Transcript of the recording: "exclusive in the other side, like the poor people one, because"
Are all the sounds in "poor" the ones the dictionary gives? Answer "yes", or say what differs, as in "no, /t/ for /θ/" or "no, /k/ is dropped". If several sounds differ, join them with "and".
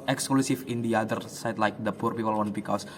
yes